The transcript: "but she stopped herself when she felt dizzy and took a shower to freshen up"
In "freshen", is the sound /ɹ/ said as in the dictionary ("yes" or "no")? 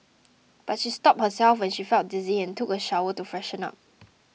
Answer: yes